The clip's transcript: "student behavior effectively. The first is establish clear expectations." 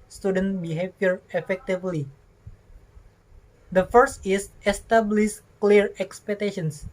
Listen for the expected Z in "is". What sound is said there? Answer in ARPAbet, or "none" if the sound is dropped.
S